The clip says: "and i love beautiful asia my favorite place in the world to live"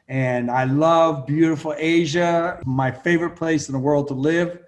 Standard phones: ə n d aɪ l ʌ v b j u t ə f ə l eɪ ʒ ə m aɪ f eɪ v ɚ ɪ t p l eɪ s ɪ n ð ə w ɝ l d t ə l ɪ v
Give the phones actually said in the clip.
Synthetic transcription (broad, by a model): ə n aɪ l ʌ v b j u t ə f l eɪ ʒ ə m aɪ f eɪ v ɚ ɪ t p l eɪ s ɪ n ð ə w ɝ l d t ə l ɪ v